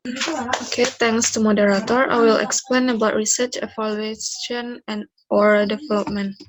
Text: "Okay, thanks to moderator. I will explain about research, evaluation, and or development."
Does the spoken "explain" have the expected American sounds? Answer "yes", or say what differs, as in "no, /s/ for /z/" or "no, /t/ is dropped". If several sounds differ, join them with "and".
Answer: yes